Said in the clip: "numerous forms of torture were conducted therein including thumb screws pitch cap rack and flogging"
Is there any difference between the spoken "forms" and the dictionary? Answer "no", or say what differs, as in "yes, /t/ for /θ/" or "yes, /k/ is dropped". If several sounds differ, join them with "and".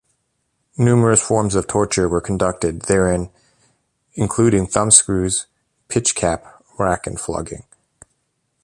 no